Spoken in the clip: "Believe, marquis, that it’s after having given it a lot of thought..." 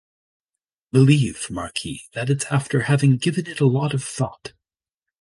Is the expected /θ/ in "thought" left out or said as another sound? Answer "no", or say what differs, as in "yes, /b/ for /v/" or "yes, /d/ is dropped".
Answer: no